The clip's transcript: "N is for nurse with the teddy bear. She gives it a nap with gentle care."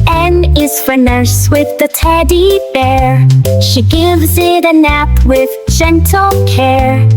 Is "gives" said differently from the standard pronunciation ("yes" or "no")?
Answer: no